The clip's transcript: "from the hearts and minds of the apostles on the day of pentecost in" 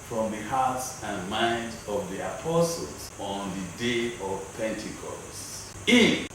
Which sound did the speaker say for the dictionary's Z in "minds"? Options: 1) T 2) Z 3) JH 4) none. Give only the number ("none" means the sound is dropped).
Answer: 4